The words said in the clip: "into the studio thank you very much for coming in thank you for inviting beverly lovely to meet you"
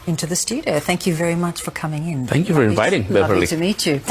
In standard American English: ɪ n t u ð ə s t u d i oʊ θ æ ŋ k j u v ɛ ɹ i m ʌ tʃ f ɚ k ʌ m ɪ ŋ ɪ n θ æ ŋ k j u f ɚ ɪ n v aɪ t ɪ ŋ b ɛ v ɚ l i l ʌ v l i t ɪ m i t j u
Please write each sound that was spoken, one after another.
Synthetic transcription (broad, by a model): ɪ n t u ð ə s t u d i oʊ θ æ ŋ k j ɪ v ɛ ɹ i m ʌ tʃ f ɚ k ʌ m ɪ ŋ ɪ n θ æ ŋ k j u f ɚ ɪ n v aɪ t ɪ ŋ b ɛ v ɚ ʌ l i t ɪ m i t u